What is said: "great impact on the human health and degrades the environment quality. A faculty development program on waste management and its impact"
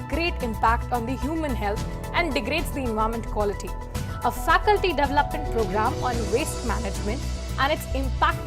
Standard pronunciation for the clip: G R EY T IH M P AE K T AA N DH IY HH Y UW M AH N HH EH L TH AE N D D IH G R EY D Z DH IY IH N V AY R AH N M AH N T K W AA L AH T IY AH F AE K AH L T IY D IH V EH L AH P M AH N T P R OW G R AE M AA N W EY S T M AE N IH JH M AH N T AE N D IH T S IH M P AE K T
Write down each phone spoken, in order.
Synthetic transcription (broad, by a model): G R EY T IH M P AE K T AA N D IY HH Y UW M AH N HH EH L T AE N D D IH G R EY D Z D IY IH N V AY AH M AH N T K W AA L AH T IY AH F AE K AH L T IY D IH V EH L AH P M AH N T P R OW G R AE M AA N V EY S T M AE N IH JH M AH N T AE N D IH T S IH M P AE K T